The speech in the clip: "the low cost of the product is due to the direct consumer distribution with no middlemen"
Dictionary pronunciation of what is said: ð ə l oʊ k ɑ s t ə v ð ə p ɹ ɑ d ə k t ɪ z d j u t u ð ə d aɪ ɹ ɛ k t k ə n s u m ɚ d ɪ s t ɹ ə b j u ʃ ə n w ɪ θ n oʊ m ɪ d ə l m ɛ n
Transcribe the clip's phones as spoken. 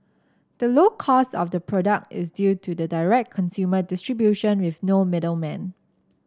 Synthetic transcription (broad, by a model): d ə l oʊ k ɑ s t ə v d ə p ɹ ɑ d ə k t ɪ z d j u t u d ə d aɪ ɹ ɛ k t k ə n s u m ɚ d ɪ s t ɹ ə b j u ʃ ə n w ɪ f n oʊ m ɪ d ə l m ɛ n